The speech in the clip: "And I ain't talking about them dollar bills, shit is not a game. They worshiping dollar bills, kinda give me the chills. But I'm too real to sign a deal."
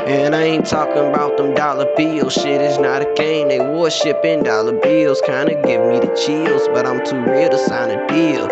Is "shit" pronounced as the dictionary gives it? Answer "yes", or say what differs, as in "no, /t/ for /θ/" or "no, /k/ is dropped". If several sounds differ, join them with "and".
yes